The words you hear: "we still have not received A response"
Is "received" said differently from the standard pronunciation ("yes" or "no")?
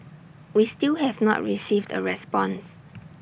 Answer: no